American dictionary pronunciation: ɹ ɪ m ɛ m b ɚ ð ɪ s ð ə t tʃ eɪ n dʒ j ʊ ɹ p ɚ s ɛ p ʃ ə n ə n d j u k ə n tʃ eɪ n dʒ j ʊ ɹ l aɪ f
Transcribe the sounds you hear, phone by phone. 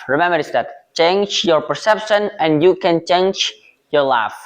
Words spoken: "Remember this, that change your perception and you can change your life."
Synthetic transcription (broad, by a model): ɹ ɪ m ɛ m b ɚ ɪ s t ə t tʃ eɪ n dʒ j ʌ ɹ p ɚ s ɛ p ʃ ə n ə n j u k ə n tʃ eɪ n dʒ j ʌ ɹ l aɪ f